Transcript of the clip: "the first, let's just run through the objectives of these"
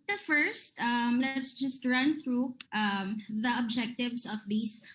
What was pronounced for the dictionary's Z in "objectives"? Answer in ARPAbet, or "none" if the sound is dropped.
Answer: S